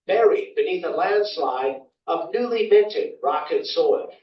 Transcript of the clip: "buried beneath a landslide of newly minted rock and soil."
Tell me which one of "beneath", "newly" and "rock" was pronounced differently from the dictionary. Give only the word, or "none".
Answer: none